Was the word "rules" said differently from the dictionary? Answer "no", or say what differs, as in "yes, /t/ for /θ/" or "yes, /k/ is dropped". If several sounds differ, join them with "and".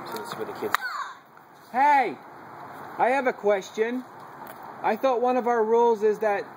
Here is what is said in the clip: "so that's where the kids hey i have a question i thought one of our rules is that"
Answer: no